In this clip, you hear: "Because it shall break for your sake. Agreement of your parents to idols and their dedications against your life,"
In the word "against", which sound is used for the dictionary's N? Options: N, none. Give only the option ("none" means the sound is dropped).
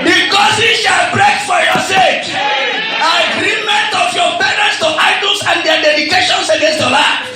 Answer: N